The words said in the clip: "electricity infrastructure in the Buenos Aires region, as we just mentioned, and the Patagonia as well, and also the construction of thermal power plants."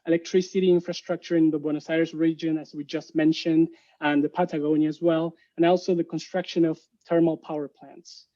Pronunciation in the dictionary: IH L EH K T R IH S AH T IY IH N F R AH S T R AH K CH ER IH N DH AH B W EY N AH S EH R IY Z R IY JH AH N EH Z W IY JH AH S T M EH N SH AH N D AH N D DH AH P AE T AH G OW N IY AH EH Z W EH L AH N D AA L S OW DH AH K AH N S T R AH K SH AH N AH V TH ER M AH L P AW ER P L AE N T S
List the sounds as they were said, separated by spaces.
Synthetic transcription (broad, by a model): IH L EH K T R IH S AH T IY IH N F R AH S T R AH K CH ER IH N DH AH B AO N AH S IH R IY S R IY JH AH N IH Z W IY JH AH S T M EH N SH AH N D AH N DH AH P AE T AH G OW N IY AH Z W EH L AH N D AA L S OW DH AH K AH N S T R AH K SH AH N AH V T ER M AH L P AW ER P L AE N T S